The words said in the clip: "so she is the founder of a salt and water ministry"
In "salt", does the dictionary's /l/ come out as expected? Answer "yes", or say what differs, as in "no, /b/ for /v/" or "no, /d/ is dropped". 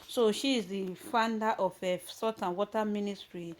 no, /l/ is dropped